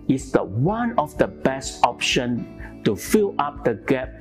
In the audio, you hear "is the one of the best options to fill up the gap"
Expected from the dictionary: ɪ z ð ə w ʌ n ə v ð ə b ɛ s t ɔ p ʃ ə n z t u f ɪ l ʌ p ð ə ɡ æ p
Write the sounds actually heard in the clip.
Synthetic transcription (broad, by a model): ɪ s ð ə w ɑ n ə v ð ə b ɛ s t ɔ p ʃ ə n t u f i l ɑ p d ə ɡ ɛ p